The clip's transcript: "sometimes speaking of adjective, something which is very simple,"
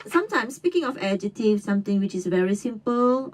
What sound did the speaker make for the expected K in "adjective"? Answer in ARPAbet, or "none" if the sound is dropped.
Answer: none